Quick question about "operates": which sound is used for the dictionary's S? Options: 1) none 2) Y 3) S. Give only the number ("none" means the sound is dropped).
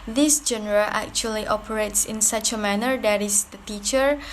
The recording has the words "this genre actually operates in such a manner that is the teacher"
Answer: 3